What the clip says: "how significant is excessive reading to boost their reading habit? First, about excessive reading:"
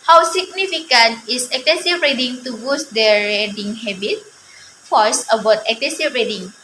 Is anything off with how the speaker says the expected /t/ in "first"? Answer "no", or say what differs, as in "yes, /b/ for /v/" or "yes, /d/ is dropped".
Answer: yes, /t/ is dropped